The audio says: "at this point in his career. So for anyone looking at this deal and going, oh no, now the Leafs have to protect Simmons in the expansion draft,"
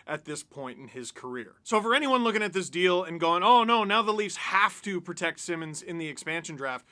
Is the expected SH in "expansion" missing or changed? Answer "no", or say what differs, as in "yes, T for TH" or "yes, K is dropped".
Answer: no